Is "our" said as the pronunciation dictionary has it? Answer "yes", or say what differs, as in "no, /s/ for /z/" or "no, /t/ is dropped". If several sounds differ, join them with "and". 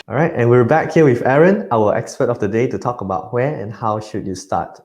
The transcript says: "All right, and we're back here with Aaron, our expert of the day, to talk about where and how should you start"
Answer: no, /l/ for /ɹ/